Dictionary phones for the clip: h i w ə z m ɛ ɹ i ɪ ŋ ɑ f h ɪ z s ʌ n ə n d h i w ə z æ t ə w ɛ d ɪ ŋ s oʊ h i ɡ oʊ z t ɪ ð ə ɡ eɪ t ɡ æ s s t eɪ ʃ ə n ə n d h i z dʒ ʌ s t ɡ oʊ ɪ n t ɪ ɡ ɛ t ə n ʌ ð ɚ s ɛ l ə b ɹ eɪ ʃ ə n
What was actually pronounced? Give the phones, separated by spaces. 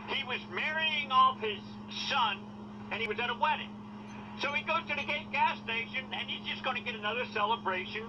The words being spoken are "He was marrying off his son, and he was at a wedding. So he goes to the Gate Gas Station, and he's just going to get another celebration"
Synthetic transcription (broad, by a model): h i w ə z m ɛ ɹ i ɪ ŋ ɑ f h ɪ z s ʌ n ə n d i w ə z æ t ə w ɛ d ɪ ŋ s oʊ i ɡ oʊ z t ɪ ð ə ɡ eɪ t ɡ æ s s t eɪ ʃ ə n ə n i z dʒ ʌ s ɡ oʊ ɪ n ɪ ɡ ɛ t ə n ʌ ð ɚ s ɛ l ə b ɹ eɪ ʃ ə n